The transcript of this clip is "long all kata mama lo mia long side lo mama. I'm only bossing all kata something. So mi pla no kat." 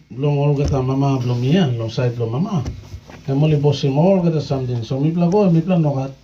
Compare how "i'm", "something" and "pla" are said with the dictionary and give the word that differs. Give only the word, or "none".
something